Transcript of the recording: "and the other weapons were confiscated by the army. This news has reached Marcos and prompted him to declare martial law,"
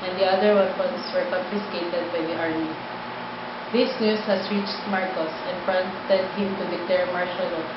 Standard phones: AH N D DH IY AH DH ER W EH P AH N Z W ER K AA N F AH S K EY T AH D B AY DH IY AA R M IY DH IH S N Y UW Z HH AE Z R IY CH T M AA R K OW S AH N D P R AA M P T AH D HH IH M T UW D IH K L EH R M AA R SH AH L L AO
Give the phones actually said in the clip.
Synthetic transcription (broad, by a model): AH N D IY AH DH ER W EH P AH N S W ER K AA N F AH S K EY T AH D B AY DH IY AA R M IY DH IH S N Y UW S HH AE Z R IY CH T M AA R K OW S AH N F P R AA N T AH D HH IH M T UW D IH K L EH R M AA R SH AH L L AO